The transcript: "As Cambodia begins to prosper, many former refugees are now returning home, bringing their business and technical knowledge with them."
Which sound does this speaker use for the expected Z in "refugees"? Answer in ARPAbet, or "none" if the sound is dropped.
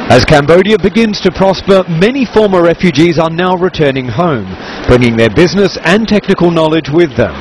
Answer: Z